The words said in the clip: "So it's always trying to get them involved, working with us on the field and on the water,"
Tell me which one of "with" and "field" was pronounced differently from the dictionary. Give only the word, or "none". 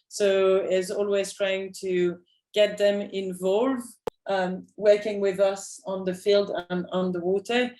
none